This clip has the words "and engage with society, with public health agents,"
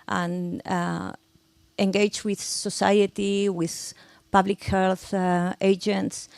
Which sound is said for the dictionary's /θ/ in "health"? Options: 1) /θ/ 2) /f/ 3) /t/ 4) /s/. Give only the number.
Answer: 1